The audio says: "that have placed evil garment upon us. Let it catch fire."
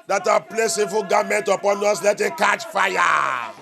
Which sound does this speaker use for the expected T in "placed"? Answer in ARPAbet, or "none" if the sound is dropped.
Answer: none